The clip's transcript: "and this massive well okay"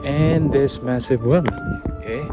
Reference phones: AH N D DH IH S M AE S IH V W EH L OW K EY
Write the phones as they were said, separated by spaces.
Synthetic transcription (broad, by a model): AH N DH IH S M AE S IH V W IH N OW K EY